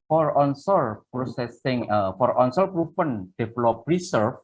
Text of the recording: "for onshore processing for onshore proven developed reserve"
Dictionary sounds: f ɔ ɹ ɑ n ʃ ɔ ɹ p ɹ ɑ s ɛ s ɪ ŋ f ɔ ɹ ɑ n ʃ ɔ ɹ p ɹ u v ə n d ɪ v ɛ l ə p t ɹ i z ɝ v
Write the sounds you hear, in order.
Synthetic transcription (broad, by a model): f ɔ ɹ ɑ n s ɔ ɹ p ɹ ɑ s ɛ s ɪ ŋ f ɔ ɹ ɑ n s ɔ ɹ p ɹ u p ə n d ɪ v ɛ l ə p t ɹ i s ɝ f